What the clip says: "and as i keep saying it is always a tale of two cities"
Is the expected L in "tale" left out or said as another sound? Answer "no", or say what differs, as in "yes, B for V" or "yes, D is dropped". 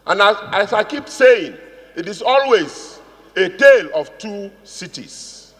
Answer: no